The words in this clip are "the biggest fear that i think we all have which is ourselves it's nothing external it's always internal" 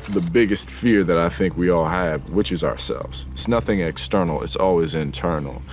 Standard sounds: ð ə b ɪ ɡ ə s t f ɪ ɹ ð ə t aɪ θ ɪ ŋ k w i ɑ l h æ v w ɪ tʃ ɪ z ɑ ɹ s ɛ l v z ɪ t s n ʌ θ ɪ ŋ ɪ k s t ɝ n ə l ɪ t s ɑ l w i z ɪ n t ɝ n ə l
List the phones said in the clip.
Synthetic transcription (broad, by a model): ð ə b ɪ ɡ ə s t f ɪ ɹ ð ə t aɪ θ ɪ ŋ k w i ɑ l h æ v w ɪ tʃ ɪ z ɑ ɹ s ɛ l v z ɪ t s n ʌ θ ɪ ŋ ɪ k s t ɝ n l ɪ t s ɑ l w i z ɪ n t ɝ n l